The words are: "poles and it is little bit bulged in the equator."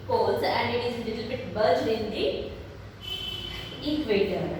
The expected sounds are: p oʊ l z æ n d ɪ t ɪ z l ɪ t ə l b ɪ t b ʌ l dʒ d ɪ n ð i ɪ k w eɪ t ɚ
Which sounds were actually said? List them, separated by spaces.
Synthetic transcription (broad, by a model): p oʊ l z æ n d ɪ t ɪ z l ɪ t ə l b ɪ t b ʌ dʒ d ɪ n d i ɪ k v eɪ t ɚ